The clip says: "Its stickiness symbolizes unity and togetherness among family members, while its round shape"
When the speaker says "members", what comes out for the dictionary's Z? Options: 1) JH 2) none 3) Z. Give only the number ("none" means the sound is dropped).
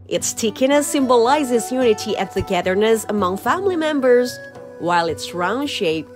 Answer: 3